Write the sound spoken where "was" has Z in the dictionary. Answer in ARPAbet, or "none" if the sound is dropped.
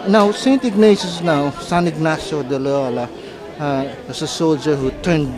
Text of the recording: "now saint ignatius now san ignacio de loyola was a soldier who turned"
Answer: S